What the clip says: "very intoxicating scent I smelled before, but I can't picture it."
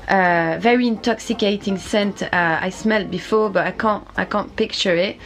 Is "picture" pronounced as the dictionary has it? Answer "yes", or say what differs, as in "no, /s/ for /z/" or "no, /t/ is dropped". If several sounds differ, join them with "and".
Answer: yes